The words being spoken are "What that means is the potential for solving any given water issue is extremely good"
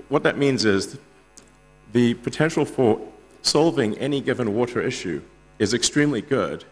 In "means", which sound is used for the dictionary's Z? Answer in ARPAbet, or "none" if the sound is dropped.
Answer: Z